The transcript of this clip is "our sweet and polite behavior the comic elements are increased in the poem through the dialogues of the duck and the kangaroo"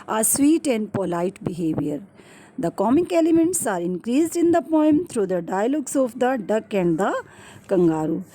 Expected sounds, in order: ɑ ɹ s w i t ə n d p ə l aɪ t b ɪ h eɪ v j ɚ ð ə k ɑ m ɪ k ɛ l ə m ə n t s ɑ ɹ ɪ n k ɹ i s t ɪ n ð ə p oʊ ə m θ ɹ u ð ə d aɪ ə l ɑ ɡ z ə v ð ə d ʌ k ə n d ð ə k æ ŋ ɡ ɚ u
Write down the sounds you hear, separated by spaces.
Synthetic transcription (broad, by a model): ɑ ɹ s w i t ə n d p ə l aɪ t b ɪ h eɪ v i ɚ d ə k ɑ m ɪ k ɛ l ə m ə n t s ɑ ɹ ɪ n k ɹ i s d ɪ n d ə p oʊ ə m t ɹ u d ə d aɪ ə l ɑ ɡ s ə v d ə d ʌ k ə n d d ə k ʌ ŋ ɡ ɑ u